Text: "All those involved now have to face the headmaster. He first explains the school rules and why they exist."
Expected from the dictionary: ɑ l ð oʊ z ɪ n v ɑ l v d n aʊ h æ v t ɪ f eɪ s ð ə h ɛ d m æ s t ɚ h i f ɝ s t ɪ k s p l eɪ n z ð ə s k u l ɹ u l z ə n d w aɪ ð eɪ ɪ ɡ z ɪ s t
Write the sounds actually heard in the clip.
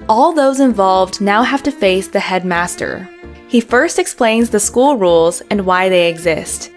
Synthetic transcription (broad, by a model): ɑ l ð oʊ z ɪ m v ɑ l v d n aʊ h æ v t ɪ f eɪ s ð ə h ɛ d m æ s t ɚ h i f ɝ s t ɪ k s p l eɪ n z ð ə s k u l ɹ u l z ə n w aɪ ð eɪ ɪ ɡ z ɪ s t